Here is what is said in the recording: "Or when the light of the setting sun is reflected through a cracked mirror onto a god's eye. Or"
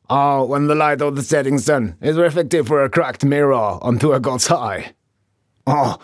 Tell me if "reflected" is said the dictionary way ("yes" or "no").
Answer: no